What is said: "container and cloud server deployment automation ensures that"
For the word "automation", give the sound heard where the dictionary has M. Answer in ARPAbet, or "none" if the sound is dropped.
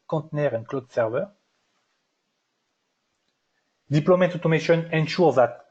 M